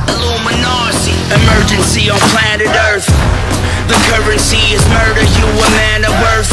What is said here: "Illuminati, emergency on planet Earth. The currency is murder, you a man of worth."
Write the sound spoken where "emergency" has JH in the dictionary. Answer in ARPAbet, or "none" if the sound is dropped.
JH